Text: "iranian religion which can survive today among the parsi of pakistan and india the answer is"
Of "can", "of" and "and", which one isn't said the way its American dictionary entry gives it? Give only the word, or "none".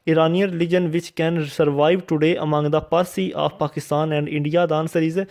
of